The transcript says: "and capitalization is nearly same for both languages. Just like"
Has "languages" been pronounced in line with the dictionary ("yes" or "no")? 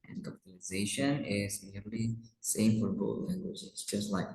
no